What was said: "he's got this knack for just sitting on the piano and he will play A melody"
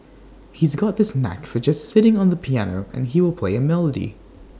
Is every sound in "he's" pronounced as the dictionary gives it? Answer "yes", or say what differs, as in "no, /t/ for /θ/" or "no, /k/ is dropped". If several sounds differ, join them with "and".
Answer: yes